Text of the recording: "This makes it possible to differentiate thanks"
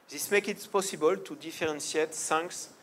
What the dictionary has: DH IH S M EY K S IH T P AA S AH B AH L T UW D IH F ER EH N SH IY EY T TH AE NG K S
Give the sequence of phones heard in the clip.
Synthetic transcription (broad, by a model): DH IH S M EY K IH T P AA S AH B AH L T UW D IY F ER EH N S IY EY T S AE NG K S